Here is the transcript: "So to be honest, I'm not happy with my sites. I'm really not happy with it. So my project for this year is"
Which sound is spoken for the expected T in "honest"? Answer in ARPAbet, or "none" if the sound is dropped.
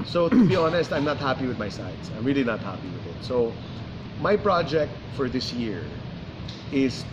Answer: T